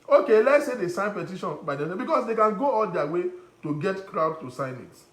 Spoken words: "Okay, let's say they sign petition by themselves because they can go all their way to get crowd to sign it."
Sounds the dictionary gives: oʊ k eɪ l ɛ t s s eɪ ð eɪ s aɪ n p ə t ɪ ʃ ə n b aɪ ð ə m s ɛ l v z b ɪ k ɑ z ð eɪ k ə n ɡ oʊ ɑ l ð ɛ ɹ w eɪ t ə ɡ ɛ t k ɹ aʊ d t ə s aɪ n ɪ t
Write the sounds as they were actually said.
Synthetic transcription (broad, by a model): oʊ k eɪ l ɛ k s s eɪ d eɪ s aɪ n p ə t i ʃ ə n b aɪ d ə s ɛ b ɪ k ɑ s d eɪ k ə n ɡ oʊ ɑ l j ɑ w eɪ t ə ɡ ɛ t k ɹ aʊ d t ə s aɪ n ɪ t